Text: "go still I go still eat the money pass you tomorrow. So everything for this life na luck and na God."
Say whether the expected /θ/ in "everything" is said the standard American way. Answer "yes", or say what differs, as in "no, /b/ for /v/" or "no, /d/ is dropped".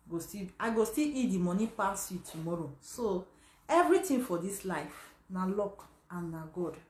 no, /t/ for /θ/